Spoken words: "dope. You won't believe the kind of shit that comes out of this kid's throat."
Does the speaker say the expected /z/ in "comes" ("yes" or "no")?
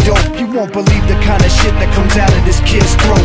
yes